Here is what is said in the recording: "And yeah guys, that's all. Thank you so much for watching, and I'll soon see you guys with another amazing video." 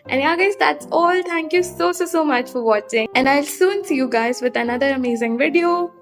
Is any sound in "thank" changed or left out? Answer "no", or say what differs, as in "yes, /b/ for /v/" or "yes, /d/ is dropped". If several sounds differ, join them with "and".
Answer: yes, /t/ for /θ/